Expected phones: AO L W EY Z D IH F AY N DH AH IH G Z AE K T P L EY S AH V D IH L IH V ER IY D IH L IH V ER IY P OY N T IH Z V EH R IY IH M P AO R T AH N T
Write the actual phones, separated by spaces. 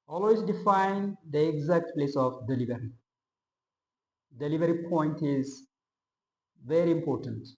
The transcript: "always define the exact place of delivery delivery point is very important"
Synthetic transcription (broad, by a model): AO L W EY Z D IH F AY N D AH IH G Z AE K T P L EY S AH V D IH L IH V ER IY D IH L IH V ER IY P OY N T IH Z V EH R IY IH M P AO R T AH N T